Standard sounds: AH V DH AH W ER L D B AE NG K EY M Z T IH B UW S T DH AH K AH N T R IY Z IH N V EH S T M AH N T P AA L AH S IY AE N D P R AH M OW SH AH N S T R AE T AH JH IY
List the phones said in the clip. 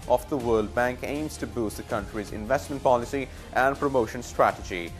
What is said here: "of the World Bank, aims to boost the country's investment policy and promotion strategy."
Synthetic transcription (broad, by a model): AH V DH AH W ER L D B AE NG K EY M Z T IH B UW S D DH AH K AH N T R IY Z IH N V EH S T M AH N T P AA L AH S IY AE N D P R AH M OW SH AH N S T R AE T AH JH IY